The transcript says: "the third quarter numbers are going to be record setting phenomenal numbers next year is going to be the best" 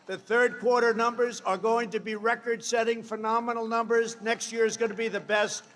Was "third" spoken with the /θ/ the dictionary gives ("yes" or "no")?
yes